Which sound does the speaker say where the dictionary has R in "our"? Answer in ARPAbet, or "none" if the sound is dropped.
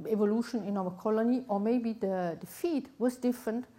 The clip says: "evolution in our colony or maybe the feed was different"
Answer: W